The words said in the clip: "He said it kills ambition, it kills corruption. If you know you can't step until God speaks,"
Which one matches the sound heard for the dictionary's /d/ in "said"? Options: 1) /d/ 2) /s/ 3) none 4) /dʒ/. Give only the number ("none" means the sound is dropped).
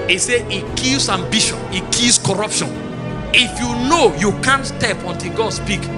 3